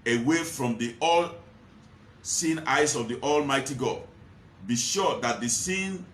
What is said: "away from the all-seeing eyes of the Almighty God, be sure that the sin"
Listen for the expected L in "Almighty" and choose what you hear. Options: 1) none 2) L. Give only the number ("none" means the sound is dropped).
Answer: 2